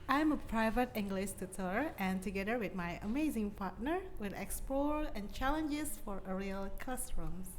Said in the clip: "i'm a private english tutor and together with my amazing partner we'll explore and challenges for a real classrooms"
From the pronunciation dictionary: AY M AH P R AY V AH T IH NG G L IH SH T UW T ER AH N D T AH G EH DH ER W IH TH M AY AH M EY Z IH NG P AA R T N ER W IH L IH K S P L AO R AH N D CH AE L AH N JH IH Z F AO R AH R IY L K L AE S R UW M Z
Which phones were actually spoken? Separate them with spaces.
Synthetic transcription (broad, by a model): AY M AH P R AY V AH T IH NG G L IH SH T UW T ER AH N T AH G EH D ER W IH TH M AY AH M EY Z IH NG P AA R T N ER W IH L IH K S P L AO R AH N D CH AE L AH N JH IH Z F AO R AH R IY L K L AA S R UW M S